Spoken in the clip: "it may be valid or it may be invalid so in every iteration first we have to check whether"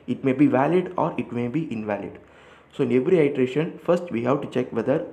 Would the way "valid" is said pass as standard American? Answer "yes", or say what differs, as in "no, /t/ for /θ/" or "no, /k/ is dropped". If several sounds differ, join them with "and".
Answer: yes